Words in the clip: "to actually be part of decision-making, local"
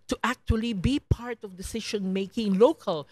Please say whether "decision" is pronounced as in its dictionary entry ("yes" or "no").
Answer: no